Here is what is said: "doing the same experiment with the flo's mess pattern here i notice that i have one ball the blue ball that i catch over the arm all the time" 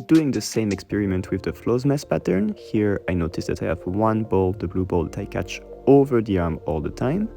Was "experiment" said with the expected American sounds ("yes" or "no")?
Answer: yes